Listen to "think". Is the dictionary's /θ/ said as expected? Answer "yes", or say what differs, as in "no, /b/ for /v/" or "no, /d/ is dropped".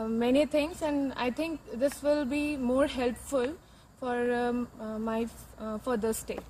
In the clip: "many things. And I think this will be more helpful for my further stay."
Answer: no, /t/ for /θ/